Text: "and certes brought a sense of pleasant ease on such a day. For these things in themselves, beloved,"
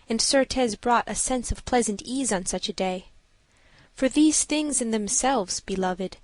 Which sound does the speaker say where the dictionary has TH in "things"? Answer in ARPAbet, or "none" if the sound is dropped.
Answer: TH